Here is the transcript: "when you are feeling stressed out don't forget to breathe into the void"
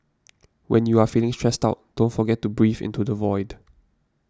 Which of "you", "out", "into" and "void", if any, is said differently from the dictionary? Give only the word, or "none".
none